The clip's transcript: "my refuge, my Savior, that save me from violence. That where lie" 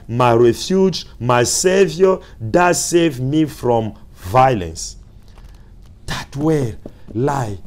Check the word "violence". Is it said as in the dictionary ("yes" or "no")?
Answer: yes